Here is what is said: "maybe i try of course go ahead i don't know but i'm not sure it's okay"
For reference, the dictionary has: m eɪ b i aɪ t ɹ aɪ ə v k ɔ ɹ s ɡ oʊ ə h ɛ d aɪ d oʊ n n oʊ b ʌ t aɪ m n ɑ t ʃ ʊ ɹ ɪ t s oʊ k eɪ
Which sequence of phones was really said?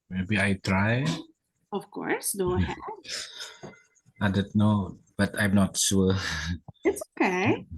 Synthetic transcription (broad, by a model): m eɪ b i aɪ t ɹ aɪ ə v k ɔ ɹ s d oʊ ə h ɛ aɪ d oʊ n n oʊ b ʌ t aɪ m n ɑ t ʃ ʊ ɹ ɪ t s oʊ k eɪ